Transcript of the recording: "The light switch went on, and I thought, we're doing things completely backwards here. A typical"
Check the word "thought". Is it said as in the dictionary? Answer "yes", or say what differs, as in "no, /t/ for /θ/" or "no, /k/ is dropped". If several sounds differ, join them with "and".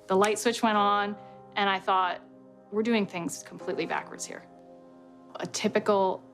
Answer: yes